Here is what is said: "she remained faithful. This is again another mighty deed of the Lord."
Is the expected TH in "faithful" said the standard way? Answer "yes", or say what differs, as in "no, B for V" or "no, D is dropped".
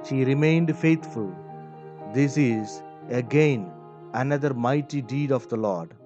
no, T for TH